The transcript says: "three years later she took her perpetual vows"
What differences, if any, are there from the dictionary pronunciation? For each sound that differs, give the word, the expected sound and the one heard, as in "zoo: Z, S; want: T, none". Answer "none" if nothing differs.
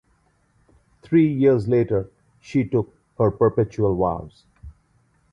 three: TH, T